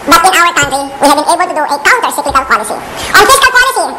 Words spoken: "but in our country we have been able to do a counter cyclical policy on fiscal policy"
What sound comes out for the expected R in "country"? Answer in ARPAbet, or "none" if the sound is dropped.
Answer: none